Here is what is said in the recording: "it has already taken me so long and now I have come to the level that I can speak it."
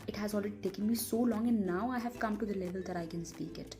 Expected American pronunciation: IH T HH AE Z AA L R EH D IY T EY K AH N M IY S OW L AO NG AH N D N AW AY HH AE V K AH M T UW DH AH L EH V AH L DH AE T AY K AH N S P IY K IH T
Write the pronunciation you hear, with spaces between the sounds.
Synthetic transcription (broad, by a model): IH T HH AE Z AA L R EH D IY T EY K AH N M IY S OW L AO NG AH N N AW AY HH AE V K AH M T UW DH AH L EH V AH L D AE T AY K AH N S P IY K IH T